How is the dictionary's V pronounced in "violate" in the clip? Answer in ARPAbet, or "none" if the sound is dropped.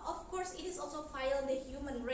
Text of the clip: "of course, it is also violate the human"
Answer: F